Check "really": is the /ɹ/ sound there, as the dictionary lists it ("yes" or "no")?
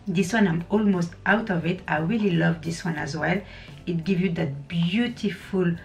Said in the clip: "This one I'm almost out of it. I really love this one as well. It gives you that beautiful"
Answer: yes